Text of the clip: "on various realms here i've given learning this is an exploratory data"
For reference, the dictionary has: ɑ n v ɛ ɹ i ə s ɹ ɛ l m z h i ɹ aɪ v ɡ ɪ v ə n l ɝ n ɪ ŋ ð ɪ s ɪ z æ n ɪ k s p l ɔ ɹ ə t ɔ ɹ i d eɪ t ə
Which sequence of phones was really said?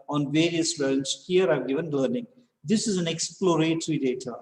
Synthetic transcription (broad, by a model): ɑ n v ɛ ɹ i ə s l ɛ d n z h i ɹ aɪ v ɡ ɪ v ə n l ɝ n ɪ ŋ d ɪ s ɪ z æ n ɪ k s p l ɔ ɹ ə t ɹ i d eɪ t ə